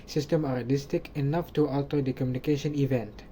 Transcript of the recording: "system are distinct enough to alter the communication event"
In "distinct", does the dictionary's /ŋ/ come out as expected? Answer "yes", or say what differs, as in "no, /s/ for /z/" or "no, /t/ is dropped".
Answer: no, /ŋ/ is dropped